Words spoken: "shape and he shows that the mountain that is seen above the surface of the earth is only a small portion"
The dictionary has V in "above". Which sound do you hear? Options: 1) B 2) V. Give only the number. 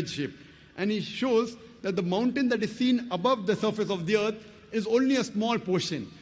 2